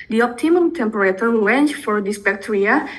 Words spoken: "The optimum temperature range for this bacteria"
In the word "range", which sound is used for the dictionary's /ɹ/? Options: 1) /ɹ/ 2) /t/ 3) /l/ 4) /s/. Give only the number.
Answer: 3